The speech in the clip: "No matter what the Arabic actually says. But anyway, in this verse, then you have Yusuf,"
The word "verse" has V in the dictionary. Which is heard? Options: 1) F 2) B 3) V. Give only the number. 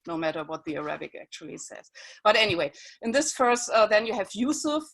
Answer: 1